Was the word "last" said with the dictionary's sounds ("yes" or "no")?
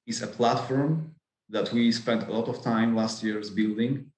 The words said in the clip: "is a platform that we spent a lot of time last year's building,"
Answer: yes